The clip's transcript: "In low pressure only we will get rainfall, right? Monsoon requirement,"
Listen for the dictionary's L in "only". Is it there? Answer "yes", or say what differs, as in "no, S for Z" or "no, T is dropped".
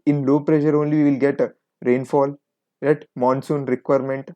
yes